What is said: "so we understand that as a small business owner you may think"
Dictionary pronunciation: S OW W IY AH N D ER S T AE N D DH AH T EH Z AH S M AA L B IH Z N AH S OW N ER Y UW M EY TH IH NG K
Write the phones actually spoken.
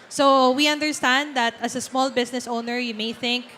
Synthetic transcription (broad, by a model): S OW W IY AH N D ER S T AE N D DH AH T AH S AH S M AA L B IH S N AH S OW N ER Y UW M EY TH IH NG K